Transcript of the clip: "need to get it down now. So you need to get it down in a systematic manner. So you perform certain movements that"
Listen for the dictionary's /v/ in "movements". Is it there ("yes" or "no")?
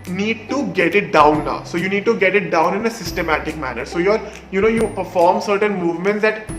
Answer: yes